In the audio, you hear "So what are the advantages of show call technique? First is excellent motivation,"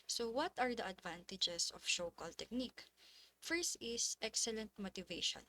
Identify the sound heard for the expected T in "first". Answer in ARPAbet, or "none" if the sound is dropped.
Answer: none